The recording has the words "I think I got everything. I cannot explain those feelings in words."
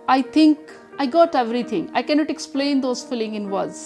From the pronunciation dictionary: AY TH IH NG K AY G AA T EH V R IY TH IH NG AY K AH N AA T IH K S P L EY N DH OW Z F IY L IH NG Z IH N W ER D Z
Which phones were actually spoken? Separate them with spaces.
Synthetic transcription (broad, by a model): AY T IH NG K AY G AA T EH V R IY T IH NG AY K AH N AA T IH K S P L EY N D OW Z F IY L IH NG IH N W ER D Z